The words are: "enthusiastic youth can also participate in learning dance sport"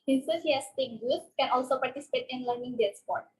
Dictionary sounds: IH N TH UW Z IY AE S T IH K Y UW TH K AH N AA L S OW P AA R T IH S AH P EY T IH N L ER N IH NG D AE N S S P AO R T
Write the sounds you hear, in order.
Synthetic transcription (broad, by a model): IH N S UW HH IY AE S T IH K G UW T K AH N AA L S OW P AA R T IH S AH P EY T IH N L ER N IH NG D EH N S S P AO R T